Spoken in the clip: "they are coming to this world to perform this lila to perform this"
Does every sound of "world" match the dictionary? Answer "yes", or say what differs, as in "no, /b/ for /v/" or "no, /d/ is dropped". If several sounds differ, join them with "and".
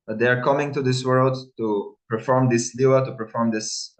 yes